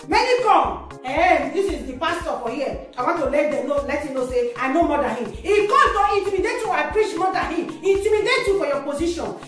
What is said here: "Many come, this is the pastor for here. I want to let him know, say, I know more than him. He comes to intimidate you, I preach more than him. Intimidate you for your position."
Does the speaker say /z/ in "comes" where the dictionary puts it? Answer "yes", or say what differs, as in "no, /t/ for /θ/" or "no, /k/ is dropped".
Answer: no, /z/ is dropped